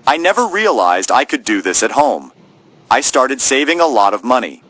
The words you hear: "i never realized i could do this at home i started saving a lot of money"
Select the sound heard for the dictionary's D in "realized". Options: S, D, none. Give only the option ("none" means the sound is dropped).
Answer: D